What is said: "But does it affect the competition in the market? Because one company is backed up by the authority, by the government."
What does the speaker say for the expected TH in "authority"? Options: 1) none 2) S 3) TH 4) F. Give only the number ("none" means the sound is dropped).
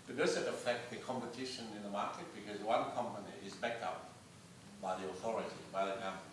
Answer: 3